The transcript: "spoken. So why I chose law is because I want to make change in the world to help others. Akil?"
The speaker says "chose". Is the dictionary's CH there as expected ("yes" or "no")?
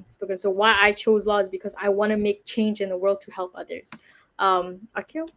yes